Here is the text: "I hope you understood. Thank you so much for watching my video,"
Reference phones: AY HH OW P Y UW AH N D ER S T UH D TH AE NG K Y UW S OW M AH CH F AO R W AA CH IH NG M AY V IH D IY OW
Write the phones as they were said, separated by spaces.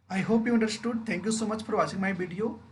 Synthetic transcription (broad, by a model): AY HH OW P Y UW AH N D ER S T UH D T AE NG K Y UW S OW M AH CH F AO R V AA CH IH NG M AY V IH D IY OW